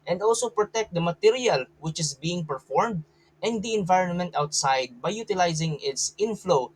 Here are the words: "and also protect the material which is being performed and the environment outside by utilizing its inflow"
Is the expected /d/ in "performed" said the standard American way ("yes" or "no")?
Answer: yes